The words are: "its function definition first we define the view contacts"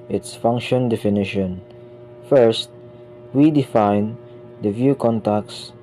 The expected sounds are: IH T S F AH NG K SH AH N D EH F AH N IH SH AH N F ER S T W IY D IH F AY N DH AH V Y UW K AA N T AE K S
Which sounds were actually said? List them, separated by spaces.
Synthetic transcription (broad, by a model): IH T S F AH NG K SH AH N D EH F AH N IH SH AH N F ER S T W IY D IH F AY N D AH V Y UW K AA N T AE K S